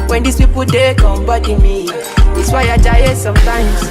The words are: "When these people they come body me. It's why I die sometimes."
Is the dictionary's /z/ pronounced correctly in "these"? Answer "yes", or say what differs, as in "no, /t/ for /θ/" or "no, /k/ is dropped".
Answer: no, /s/ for /z/